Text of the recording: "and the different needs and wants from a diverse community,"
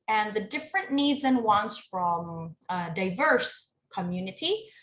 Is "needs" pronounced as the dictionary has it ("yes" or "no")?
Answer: yes